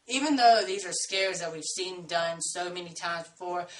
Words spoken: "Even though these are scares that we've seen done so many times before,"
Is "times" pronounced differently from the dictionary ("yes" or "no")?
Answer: yes